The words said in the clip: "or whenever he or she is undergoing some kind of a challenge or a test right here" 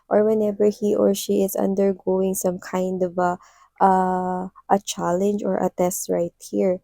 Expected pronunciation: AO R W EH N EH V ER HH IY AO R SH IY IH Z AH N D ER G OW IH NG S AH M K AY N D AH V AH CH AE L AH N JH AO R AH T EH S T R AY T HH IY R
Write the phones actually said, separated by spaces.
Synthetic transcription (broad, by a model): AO R W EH N EH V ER HH IY AO R SH IY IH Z AH N D ER G OW IH NG S AH M K AY N D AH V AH CH AE L AH N JH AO R AH T EH S T R AY T HH IY R